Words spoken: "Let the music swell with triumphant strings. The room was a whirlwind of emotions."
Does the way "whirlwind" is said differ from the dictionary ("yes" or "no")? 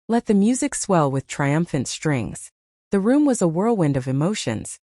no